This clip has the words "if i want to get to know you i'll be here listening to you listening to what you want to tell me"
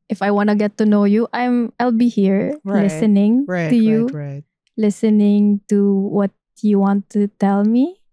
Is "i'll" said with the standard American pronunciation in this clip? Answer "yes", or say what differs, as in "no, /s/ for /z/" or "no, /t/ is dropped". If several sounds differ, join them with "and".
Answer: yes